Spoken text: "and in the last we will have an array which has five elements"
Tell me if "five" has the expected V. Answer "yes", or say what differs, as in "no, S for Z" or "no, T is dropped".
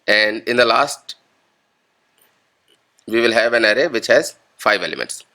yes